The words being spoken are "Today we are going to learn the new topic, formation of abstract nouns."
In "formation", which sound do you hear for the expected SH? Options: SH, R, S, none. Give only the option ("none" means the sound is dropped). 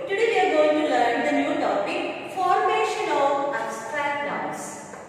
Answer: SH